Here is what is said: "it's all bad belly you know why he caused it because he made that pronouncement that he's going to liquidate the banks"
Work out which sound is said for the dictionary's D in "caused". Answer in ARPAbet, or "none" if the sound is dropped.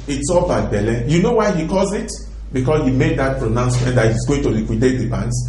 none